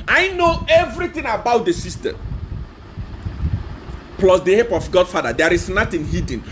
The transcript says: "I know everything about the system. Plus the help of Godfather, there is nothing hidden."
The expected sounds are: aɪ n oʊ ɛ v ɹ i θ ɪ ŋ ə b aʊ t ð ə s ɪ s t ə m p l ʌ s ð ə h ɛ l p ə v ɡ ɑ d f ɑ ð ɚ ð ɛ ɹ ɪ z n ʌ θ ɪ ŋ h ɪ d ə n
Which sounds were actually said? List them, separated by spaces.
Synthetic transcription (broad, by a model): aɪ n oʊ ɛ v ɹ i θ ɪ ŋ ə b aʊ t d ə s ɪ s t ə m p l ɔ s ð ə h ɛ p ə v ɡ ɑ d f ɑ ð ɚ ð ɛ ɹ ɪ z n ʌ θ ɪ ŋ h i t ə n